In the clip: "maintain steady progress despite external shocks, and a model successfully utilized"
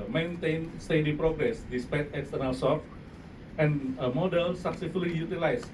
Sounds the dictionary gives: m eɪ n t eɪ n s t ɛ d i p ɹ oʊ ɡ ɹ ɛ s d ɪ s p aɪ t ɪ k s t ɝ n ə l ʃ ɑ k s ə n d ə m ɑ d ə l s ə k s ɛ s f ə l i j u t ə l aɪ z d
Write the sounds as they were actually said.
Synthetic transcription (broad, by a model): m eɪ n t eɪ n s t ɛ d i p ɹ oʊ ɡ ɹ ɛ s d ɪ s p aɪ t ɪ k s t ɝ n ə l s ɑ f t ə n ə m ɑ d ə l s ə k s ɛ s f ə l i j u t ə l aɪ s